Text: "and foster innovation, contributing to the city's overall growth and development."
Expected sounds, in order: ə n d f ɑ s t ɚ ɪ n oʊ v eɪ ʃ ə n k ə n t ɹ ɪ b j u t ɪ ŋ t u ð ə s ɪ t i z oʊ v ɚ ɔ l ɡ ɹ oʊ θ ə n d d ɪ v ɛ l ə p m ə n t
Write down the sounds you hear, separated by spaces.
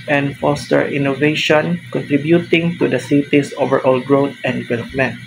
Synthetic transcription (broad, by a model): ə n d f ɑ s t ɚ ɪ n oʊ v eɪ ʃ ə n k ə n t ɹ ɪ b j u t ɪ ŋ t u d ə s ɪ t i s oʊ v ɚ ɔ l ɡ ɹ oʊ t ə n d d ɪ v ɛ l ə p m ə n t